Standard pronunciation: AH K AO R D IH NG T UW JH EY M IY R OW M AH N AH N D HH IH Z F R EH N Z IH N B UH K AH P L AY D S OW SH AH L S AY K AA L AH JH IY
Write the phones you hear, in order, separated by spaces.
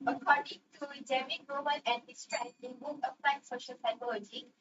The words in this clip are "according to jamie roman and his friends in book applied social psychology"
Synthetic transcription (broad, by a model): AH K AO R D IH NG T UW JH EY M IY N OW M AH L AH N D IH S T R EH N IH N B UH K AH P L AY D S OW SH AH L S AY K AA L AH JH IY